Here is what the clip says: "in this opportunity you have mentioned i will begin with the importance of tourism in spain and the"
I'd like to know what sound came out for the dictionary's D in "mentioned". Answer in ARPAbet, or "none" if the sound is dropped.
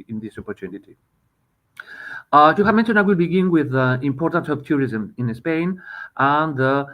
none